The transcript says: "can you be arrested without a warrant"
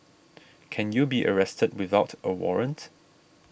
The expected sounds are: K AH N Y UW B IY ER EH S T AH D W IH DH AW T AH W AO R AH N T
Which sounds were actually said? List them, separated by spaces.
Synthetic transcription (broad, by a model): K AH N Y UW B IY ER EH S T AH D W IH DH AW T AH W AO R AH N T